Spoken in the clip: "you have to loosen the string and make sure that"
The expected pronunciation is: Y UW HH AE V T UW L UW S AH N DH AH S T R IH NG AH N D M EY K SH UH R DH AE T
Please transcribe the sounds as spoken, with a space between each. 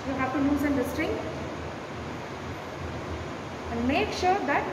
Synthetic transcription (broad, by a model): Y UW HH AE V T UW N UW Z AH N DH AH S T R IH NG AH N D M EY K SH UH R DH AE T